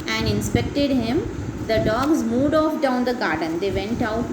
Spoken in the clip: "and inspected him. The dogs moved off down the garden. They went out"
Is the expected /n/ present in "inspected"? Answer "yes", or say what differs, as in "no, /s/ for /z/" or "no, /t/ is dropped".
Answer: yes